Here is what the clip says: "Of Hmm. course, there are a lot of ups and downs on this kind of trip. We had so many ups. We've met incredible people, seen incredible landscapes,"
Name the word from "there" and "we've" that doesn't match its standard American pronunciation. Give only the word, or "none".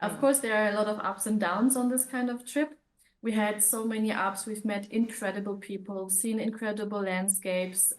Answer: none